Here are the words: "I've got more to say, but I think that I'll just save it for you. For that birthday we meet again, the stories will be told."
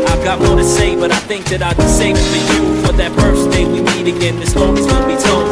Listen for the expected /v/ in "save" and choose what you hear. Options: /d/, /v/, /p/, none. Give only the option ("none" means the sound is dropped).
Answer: none